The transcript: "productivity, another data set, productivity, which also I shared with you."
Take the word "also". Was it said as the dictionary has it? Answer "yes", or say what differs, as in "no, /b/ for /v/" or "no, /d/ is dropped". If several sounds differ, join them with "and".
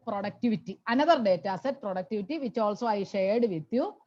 yes